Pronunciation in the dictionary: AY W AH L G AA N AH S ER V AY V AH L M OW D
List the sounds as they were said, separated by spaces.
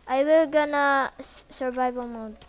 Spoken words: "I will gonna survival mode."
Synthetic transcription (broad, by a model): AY W AH L G AA N AH S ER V AY B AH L M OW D